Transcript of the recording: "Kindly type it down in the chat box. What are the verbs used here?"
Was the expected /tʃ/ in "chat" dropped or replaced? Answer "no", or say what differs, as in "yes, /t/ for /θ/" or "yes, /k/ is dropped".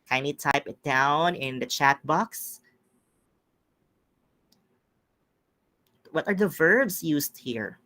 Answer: no